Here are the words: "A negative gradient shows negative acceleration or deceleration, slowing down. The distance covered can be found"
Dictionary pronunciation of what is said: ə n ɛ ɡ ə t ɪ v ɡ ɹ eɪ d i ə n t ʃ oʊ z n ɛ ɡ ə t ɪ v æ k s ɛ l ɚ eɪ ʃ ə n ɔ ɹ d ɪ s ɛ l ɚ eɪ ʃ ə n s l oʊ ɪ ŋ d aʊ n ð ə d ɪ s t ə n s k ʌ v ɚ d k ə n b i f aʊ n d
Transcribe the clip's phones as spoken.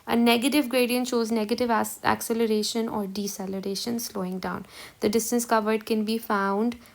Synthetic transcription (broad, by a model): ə n ɛ ɡ ə t ɪ v ɡ ɹ eɪ d i ə n t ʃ oʊ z n ɛ ɡ ə t ɪ v æ k s ɛ l ɚ eɪ ʃ ə n ɔ ɹ d ɪ s ɛ l ɚ eɪ ʃ ə n s l oʊ ɪ ŋ d aʊ n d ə d ɪ s t ə n s k ʌ v ɚ d k ə n b i f aʊ n d